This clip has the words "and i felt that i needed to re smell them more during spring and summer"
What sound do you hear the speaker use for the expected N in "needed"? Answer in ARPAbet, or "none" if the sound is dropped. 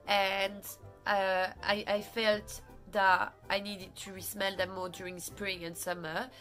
N